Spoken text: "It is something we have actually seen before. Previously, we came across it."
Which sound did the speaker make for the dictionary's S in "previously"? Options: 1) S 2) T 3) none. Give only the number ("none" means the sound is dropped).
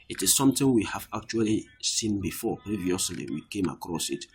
1